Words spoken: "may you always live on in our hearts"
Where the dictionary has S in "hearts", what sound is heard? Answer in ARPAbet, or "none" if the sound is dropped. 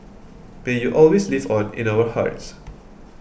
S